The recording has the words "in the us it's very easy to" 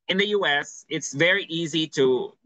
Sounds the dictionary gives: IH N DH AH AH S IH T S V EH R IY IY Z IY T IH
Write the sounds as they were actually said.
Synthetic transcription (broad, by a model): IH N DH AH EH S IH T S V EH R IY IY Z IY T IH